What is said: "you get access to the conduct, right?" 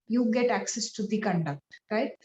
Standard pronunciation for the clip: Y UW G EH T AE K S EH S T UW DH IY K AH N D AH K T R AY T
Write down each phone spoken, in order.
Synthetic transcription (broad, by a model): Y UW G EH T AE K S EH S T UW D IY K AH N D AH K T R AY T